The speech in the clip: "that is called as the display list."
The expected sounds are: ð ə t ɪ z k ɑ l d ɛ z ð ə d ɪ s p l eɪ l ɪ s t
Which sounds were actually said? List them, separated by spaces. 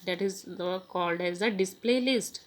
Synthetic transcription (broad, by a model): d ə t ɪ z k ɑ l d ɛ z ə d ɪ s p l eɪ l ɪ s t